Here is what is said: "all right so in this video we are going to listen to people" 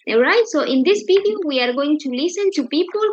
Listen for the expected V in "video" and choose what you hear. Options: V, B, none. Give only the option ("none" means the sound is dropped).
B